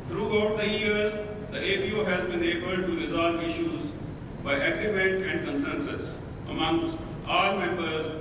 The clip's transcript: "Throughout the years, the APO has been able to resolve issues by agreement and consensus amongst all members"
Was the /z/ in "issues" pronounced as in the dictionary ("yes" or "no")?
yes